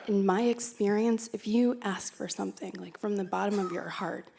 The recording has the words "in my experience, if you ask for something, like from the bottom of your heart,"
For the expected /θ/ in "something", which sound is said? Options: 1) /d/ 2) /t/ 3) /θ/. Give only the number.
3